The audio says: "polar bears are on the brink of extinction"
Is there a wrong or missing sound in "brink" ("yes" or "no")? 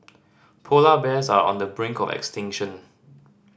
no